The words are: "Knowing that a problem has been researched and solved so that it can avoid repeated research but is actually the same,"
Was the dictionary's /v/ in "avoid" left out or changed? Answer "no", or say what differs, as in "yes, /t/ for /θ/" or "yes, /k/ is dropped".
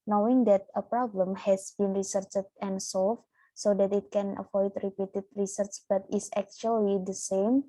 yes, /f/ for /v/